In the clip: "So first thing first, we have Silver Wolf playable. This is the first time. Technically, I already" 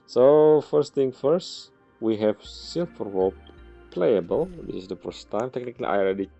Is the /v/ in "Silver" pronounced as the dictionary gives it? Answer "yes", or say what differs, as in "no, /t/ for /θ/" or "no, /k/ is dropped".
no, /f/ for /v/